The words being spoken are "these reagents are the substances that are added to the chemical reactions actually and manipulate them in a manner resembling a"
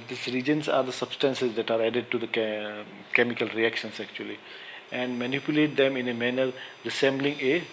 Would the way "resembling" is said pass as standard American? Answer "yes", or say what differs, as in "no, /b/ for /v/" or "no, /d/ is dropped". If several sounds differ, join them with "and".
no, /s/ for /z/